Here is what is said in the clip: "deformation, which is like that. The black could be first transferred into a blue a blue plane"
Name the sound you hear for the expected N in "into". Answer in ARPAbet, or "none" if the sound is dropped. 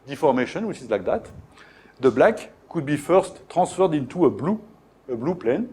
N